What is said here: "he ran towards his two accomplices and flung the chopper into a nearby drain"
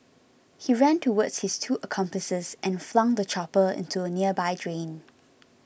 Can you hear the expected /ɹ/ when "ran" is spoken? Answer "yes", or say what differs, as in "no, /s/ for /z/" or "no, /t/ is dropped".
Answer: yes